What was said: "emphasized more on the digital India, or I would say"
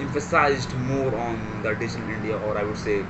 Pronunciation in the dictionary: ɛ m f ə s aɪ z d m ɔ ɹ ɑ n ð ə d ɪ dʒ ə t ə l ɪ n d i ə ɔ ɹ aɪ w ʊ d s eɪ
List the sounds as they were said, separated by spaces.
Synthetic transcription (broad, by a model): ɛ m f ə s aɪ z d m ɔ ɹ ɑ n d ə d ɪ ʃ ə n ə l ɪ n d i ə ɔ ɹ aɪ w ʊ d s eɪ